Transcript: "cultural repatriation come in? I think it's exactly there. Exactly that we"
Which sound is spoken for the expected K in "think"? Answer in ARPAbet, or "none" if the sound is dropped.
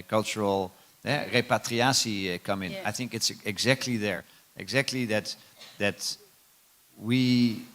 K